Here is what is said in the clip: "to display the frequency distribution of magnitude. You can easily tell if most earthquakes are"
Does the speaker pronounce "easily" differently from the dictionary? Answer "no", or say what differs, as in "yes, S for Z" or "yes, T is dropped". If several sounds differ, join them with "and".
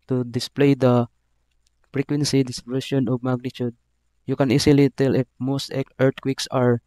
yes, S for Z